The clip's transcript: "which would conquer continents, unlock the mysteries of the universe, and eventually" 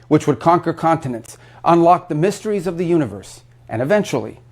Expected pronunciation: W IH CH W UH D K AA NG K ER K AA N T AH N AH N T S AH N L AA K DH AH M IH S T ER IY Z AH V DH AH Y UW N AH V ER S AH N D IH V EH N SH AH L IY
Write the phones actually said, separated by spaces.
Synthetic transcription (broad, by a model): W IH CH W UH D K AA NG K ER K AA N T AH N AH N T S AH N L AA K DH AH M IH S T ER IY Z AH V DH AH Y UW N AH V ER S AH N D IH V EH N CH L IY